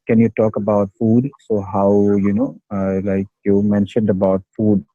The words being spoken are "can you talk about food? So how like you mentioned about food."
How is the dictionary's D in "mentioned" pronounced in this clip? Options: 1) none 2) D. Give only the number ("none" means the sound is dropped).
2